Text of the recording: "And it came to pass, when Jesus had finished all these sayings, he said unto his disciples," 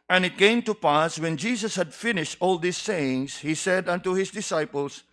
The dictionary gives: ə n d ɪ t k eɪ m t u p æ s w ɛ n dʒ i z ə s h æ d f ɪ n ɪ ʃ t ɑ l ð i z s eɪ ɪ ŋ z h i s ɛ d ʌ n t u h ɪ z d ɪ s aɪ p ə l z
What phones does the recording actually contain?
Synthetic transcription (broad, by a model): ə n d ɪ t k eɪ m t u p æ s w ɛ n dʒ i s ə s h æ d f ɪ n ɪ ʃ t ɑ l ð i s eɪ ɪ ŋ s h i s ɛ d ʌ n t u h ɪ s d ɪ s aɪ p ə l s